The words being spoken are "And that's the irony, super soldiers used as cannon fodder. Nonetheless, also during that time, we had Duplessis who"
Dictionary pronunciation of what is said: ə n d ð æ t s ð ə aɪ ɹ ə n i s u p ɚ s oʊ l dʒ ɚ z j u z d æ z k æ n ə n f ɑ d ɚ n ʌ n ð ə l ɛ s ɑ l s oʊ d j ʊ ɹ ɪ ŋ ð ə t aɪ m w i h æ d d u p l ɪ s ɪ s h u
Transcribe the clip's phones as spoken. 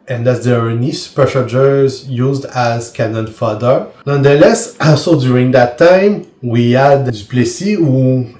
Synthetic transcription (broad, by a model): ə n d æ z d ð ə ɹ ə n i s u p ɚ ʃ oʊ dʒ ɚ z j u z d æ z k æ n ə n f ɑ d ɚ n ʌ n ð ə l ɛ s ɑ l s oʊ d j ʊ ɹ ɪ ŋ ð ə t aɪ m w i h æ d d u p l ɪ s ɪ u